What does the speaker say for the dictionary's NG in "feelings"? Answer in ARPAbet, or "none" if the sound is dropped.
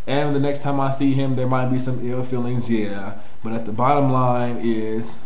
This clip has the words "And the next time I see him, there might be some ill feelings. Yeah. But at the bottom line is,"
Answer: NG